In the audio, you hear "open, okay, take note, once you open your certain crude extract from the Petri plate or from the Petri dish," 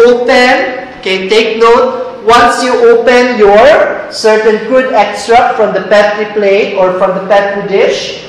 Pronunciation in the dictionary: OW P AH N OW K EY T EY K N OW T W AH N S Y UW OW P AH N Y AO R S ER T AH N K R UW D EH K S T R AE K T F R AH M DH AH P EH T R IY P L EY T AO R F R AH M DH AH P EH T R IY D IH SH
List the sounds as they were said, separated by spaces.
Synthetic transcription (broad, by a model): OW P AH N K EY T EY K N OW T W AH N S Y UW OW P AH N Y AO R S ER T AH N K UW D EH K S T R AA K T F R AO M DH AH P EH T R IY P L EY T AO R F R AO M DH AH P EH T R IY D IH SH